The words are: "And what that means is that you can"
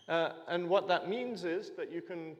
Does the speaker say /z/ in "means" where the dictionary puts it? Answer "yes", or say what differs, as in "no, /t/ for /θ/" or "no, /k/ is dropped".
yes